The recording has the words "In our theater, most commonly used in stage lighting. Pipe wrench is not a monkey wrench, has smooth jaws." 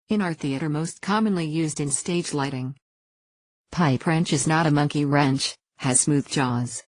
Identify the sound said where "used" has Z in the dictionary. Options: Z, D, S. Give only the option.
Z